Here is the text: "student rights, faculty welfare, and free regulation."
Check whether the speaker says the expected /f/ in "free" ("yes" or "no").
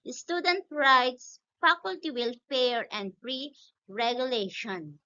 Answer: no